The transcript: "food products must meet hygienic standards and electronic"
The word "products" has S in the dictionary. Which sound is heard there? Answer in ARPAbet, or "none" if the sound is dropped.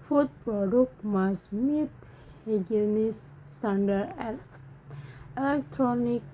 none